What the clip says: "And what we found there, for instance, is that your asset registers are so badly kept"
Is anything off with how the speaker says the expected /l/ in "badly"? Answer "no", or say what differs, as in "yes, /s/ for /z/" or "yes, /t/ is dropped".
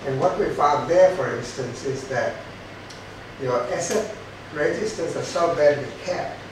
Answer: yes, /w/ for /l/